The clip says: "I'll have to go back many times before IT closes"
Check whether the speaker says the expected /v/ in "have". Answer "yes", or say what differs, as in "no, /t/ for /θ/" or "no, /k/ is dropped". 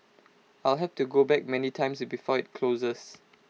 no, /f/ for /v/